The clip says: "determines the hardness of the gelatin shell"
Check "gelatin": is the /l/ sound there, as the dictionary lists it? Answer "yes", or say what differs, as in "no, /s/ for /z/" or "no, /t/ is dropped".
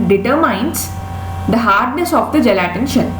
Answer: yes